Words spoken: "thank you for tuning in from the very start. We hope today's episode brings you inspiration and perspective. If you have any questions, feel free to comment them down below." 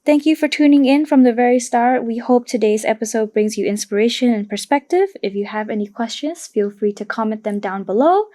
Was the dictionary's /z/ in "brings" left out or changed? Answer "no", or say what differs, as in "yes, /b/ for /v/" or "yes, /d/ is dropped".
no